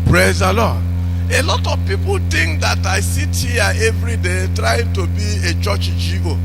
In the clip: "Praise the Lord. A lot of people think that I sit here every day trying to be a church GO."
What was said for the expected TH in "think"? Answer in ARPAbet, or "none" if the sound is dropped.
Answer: T